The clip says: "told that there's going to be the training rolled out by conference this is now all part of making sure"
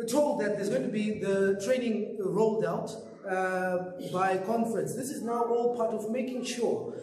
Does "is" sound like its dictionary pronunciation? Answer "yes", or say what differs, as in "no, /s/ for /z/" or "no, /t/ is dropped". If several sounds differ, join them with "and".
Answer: yes